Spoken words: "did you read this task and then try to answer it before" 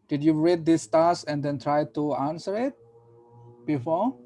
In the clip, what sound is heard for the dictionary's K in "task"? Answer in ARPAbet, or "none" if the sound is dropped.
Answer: none